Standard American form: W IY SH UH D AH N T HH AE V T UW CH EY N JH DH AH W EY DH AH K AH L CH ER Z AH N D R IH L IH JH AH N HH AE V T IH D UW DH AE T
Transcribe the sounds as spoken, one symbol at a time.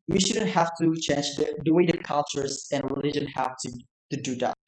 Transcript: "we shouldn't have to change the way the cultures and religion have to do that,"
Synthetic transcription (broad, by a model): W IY SH UH D AH N T HH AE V T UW CH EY N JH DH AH W EY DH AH K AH L CH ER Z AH N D R IH L IH JH AH N HH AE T T IH D UW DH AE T